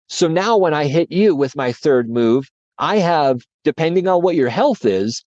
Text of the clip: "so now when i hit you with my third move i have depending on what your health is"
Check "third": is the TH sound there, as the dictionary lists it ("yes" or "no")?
yes